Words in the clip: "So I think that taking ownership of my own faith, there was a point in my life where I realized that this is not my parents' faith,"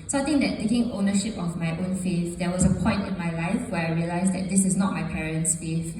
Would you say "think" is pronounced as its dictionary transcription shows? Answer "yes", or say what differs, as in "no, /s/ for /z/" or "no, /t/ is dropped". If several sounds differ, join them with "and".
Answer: no, /t/ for /θ/